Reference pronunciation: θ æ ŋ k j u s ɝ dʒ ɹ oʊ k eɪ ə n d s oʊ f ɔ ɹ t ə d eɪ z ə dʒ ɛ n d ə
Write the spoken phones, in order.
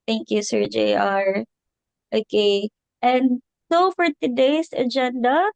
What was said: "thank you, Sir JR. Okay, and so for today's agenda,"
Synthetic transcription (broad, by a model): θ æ ŋ k j u s ɝ dʒ ɹ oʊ k eɪ ə n d s oʊ f ɔ ɹ t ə d eɪ s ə dʒ ɛ n d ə